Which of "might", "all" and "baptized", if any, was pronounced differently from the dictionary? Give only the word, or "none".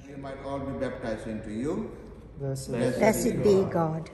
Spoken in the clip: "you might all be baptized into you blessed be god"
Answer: baptized